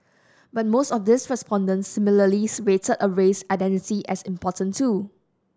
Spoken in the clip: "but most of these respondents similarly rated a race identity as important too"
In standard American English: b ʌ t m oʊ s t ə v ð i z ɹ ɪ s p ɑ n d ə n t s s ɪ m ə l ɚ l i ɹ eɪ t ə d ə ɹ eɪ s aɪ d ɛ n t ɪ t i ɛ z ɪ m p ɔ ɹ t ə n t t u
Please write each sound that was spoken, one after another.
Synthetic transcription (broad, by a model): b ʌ t m oʊ s t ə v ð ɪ s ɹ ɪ s p ɑ n d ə n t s s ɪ m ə l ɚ l i w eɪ t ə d ə ɹ eɪ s aɪ d ɛ n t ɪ t i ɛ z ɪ m p ɔ t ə n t t u